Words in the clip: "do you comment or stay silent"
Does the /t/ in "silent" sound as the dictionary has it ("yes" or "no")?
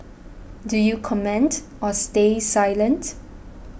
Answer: yes